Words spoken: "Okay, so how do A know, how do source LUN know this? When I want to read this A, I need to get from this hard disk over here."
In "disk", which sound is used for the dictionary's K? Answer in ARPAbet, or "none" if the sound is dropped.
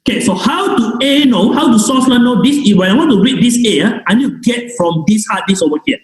none